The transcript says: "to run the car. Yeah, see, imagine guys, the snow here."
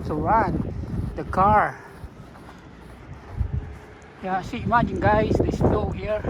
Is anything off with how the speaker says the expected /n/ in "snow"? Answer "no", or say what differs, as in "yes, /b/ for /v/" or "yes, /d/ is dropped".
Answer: yes, /l/ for /n/